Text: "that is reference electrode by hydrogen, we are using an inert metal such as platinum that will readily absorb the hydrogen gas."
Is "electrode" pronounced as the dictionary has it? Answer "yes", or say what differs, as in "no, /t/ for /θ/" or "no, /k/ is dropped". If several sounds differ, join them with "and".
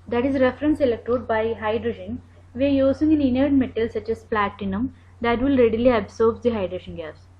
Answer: no, /ɹ/ is dropped